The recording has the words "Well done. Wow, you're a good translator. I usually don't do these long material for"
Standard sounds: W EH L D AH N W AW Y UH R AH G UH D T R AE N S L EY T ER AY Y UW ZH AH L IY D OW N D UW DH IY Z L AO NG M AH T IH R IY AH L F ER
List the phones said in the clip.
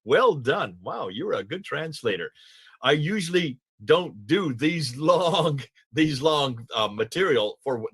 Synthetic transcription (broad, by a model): W EH L D AH N W AW Y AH R AH G UH D T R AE N S L EY T ER AY Y UW ZH L IY D OW N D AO DH IY Z L AO NG M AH T IH R IY L F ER